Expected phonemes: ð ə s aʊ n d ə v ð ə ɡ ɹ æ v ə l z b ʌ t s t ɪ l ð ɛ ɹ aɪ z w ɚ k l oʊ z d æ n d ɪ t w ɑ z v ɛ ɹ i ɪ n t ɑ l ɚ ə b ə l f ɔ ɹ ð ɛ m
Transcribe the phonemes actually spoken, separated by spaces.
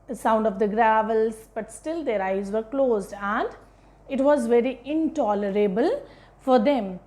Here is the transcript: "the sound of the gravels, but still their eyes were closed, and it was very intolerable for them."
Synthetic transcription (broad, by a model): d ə s aʊ n d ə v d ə ɡ ɹ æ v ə l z b ʌ t s t ɪ l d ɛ ɹ aɪ z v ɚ k l oʊ z d æ n d ɪ t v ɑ z v ɛ ɹ i ɪ n t ɑ l ɚ ə b ə l f ɔ ɹ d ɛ m